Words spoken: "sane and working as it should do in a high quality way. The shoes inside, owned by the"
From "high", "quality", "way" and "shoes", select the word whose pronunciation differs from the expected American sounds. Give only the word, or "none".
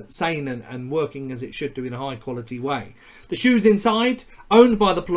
none